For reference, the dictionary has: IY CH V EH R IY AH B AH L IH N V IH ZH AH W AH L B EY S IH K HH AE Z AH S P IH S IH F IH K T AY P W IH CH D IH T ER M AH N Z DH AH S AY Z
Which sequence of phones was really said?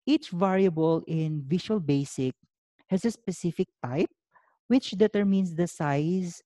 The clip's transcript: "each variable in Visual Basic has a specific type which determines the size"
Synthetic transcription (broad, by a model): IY CH V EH R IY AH B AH L IH N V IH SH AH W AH L B EY S IH K HH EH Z AH S P IH S IH F IH K T AY P W IH CH D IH T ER M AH N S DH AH S AY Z